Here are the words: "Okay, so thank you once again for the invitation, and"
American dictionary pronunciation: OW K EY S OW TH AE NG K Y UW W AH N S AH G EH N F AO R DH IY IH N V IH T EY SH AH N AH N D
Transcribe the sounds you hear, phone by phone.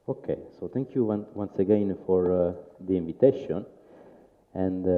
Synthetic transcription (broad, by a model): OW K EY S OW T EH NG K Y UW W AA N S AH G EH N F AO R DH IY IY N V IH T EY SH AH N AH N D